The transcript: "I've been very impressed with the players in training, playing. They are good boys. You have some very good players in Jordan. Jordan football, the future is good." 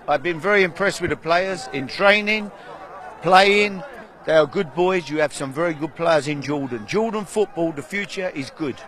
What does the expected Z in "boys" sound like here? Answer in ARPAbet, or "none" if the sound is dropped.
Z